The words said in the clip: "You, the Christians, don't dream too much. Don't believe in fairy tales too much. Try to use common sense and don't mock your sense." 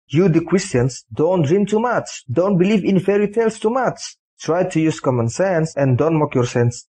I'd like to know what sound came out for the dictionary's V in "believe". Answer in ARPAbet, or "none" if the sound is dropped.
V